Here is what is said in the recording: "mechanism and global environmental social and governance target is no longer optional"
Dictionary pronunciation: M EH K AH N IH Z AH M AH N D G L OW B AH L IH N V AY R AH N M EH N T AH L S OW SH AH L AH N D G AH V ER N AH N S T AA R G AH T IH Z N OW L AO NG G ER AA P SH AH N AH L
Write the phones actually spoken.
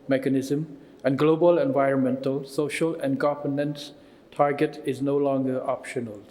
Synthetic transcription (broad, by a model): M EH K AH N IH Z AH M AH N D G L OW B AH L IH N V AY R AH N M EH N T AH L S OW SH AH L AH N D G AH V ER N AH N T T AA R G AH T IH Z N OW L AO NG G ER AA P SH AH N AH L